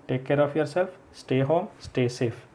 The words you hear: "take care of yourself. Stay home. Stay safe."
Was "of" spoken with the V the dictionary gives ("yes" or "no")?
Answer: no